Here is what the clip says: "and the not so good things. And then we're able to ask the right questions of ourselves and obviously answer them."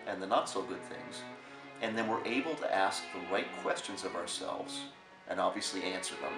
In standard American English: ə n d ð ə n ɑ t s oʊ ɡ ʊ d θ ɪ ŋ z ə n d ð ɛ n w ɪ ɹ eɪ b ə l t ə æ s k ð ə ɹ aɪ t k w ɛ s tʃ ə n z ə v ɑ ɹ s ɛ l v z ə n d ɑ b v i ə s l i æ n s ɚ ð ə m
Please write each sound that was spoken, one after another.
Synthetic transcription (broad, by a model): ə n ð ə n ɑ t s oʊ ɡ ʊ d θ ɪ ŋ z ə n ð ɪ n w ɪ ɹ eɪ b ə l t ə æ s k ð ə ɹ aɪ t k w ɛ s tʃ ə n z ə v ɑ ɹ s ɛ l v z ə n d ɑ b v i ə s l i æ n s ɚ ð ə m